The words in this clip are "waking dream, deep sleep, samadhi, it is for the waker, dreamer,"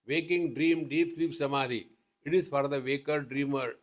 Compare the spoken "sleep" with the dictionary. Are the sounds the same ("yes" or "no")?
no